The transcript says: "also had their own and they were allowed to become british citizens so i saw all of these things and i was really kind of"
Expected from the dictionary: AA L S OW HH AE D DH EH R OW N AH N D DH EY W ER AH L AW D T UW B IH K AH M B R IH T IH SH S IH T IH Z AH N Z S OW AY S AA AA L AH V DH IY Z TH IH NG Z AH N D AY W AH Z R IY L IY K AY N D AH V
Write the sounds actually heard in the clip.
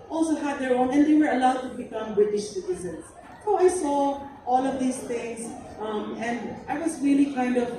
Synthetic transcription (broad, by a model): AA L S OW HH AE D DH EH R OW N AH N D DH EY W ER AH L AW D T UW B IH K AH M B R IH T IH SH S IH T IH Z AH N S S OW AY S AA AA L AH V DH IY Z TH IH NG S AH N D AY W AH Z R IY L IY K AY N D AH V